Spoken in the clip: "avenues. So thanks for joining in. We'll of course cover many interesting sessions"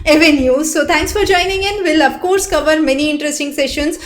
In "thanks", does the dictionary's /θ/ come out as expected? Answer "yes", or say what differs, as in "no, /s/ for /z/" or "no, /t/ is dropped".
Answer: no, /t/ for /θ/